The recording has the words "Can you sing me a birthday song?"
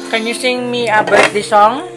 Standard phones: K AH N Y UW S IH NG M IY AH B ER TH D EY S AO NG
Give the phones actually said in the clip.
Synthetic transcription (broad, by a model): K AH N Y UW S IH NG M IY AH B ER T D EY S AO NG